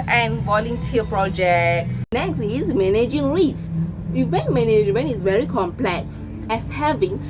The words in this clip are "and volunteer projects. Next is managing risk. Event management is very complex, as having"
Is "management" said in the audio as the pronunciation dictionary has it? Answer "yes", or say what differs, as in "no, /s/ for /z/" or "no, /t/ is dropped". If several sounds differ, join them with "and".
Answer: no, /t/ is dropped